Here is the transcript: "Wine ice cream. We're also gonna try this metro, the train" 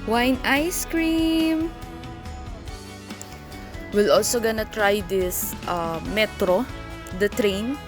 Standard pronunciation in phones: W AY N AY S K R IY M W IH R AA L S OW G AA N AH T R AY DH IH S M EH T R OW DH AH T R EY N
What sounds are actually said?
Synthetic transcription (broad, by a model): W AY N AY S K R IY M W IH L AA L S OW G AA N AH T R AY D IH S M EH T R OW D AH T R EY N